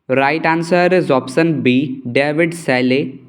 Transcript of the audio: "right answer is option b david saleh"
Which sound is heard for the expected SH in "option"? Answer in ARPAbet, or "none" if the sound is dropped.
S